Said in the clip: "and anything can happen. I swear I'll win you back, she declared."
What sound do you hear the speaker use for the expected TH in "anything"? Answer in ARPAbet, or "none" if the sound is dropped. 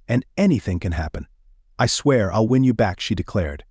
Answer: TH